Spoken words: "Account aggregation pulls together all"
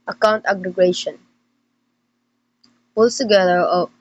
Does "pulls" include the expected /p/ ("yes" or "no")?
no